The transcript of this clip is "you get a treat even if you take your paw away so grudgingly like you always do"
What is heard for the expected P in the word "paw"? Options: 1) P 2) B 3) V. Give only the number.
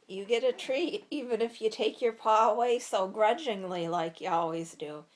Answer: 1